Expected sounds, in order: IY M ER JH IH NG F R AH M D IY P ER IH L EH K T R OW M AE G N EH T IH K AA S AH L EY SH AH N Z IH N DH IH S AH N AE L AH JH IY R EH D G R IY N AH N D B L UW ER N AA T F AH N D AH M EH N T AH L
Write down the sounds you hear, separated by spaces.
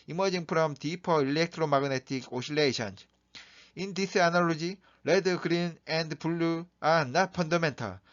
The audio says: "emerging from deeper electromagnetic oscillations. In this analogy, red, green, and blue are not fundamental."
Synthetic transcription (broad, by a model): IY M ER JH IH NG P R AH M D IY P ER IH L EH K T R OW M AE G N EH T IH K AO SH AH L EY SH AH N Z IH N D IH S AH N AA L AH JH IY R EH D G R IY N AH N D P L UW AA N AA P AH N D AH M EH N T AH